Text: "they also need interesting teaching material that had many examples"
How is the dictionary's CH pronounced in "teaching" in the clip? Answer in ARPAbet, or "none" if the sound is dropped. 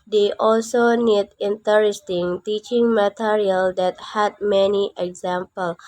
CH